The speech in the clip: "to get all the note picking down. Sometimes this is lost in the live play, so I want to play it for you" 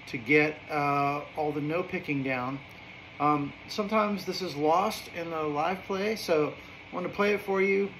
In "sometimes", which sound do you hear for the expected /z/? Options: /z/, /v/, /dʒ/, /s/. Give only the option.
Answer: /z/